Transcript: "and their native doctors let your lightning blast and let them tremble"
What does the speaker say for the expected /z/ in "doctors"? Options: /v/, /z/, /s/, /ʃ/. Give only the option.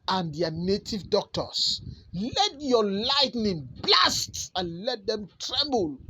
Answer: /s/